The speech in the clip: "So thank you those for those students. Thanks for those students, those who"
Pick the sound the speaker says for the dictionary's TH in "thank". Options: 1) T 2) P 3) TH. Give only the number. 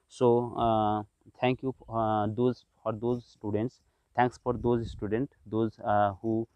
1